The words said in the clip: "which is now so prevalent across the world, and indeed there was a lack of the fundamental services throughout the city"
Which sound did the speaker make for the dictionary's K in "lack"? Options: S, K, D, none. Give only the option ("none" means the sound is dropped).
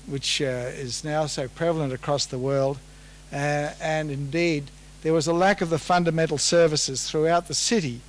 K